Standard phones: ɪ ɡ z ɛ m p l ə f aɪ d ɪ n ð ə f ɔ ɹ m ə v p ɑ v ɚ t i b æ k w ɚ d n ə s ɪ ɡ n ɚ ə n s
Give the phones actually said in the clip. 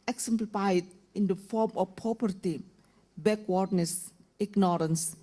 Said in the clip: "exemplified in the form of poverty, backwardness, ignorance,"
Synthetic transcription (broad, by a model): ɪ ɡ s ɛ m p l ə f aɪ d ɪ n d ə f ɔ ɹ m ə f p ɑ p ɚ t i b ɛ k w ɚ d n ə s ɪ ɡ n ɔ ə n s